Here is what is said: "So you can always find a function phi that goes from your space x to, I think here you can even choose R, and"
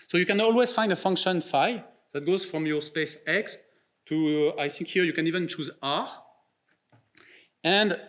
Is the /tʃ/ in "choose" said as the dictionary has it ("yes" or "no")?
yes